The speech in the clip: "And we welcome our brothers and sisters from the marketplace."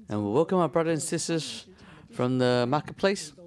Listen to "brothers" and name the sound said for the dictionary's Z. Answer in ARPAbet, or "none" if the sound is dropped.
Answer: none